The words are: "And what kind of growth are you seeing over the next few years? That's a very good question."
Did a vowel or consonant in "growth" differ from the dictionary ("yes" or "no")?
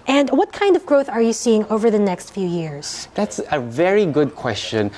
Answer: no